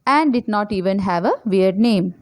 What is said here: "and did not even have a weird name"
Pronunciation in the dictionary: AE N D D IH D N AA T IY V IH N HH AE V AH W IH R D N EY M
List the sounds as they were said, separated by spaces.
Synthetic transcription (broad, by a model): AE N D D IH D N AA T IY V IH N HH AE V AH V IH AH D N EY M